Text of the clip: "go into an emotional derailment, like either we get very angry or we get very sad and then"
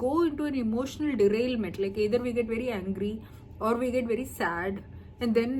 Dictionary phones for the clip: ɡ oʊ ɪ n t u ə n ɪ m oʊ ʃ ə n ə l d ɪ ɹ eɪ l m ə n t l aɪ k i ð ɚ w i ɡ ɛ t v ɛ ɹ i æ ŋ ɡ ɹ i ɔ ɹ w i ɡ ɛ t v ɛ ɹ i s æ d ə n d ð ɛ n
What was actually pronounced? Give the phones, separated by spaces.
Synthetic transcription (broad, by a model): oʊ ɪ n t u ə n ɪ m oʊ ʃ ə n ə l d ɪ ɹ eɪ l m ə t l aɪ k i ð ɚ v i ɡ ɛ t v ɛ ɹ i æ ŋ ɡ ɹ i ɔ ɹ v i ɡ ɛ t v ɛ ɹ i s æ d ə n d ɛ n